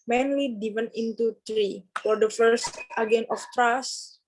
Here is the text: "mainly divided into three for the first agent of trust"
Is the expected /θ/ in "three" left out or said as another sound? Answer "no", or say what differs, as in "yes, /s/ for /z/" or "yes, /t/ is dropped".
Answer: yes, /t/ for /θ/